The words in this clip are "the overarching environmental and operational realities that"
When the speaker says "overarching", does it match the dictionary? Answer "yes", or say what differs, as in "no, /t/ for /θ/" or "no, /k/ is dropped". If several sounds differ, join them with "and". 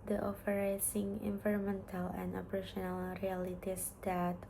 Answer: no, /f/ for /v/